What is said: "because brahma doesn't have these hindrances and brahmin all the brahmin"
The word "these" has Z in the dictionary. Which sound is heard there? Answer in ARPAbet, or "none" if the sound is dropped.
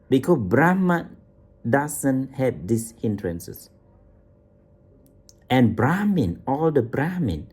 S